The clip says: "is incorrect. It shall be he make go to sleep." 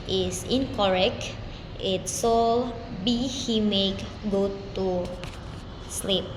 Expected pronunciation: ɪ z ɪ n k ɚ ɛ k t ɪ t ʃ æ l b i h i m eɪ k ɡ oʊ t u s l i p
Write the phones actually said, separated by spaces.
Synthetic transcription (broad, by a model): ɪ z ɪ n k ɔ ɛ k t ɪ t s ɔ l b i h i m eɪ k ɡ oʊ t u s l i p